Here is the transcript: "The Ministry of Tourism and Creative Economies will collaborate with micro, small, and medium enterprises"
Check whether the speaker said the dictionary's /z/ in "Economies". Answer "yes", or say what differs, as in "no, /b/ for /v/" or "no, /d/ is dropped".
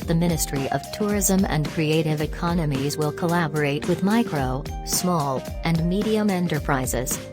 yes